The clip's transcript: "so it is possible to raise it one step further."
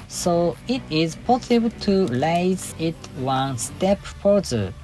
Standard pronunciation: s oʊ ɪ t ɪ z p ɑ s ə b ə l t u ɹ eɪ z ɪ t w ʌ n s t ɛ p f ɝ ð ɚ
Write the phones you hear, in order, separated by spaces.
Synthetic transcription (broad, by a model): s oʊ ɪ t ɪ z p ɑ s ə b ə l t u l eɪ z ɪ t w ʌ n s t ɛ p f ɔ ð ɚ